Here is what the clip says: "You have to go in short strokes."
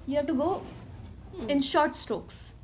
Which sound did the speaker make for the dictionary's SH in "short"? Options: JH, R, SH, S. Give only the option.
SH